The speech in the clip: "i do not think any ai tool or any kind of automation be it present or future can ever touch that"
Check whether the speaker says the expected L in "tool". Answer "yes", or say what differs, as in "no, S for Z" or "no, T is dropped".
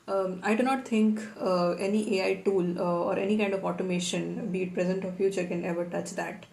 yes